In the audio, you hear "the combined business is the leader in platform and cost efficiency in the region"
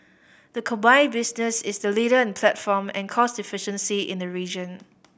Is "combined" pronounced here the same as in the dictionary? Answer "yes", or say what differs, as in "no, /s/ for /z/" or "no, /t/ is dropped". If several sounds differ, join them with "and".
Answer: no, /m/ is dropped